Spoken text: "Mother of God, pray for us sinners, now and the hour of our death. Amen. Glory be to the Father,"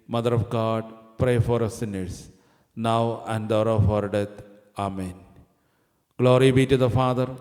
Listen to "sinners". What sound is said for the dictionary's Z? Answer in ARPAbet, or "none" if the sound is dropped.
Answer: S